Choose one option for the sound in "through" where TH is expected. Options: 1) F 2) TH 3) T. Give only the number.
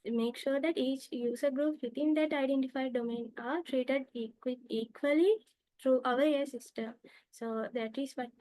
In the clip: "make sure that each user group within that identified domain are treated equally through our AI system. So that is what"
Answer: 3